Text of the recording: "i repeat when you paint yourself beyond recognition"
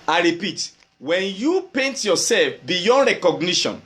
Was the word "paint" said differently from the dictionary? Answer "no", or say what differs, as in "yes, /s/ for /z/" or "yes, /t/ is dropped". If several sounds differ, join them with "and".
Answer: no